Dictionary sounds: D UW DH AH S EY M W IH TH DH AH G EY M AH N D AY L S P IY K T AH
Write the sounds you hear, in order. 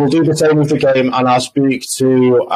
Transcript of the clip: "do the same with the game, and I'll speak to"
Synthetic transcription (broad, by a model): D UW DH AH S EY M W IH DH AH G EY M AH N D AY L S P IY K T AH